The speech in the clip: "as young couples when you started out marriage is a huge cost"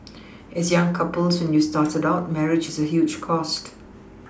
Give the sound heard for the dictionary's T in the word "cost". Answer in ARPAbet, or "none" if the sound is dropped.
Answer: T